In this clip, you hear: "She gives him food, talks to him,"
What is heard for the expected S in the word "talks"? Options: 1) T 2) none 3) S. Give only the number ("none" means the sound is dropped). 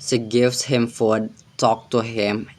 2